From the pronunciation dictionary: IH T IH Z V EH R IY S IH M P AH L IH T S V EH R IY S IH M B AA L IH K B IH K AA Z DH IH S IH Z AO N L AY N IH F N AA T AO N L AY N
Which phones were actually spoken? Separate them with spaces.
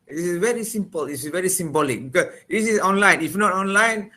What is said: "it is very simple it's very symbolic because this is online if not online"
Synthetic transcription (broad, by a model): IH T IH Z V EH R IY S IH M P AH L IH S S V EH R IY S IH M B AA L IH K B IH K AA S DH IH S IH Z AO N L AY N IH F N AA T AO N L AY N